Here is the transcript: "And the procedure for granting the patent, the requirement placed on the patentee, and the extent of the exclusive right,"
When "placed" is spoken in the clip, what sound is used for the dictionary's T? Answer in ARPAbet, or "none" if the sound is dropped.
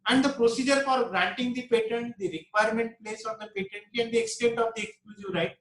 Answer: none